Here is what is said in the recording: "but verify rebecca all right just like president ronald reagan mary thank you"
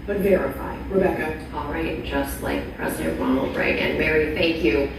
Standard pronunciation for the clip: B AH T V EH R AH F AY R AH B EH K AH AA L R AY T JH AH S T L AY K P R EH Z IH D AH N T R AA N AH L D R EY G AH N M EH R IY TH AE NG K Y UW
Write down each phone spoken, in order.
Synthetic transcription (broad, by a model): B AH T V EH R AH F AY R AH B EH K AH AA L R AY T JH AH S T L AY K P R EH Z IH D AH N T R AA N L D R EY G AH N M EH R IY TH AE NG K Y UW